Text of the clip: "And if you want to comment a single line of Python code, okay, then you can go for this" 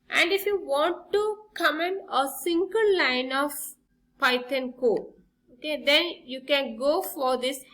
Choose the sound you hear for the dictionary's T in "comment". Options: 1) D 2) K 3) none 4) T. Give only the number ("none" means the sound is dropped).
3